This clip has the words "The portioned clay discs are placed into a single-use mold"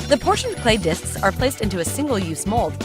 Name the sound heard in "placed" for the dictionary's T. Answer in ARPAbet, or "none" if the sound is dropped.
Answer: T